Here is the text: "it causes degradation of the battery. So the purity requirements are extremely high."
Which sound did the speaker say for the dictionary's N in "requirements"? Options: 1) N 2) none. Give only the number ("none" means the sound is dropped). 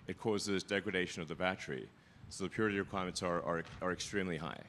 2